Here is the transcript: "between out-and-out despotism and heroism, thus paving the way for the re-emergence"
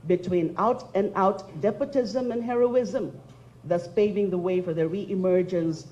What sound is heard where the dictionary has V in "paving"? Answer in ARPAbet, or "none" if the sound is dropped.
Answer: V